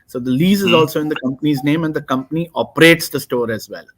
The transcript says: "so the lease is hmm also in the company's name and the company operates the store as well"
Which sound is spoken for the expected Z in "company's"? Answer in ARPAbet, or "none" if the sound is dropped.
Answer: Z